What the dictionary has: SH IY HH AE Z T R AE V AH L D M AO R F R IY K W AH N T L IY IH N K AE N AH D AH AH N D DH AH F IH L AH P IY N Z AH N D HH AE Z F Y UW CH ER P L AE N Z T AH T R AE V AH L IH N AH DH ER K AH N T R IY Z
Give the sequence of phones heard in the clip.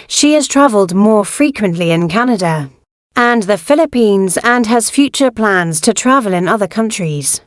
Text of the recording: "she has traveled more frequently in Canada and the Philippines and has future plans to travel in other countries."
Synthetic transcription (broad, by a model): SH IY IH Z T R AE V AH L D M AO F R IY K W AH N T L IY IH N K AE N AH D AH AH N DH AH F IH L AH P IY N Z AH N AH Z F Y UW CH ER P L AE N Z T AH T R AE V AH L IH N AH DH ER K AH N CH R IY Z